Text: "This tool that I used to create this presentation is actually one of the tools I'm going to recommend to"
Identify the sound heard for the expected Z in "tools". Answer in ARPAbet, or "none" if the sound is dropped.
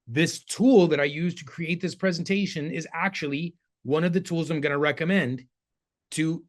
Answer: Z